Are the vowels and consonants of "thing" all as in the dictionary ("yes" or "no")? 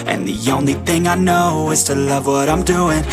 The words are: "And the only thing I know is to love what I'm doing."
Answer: yes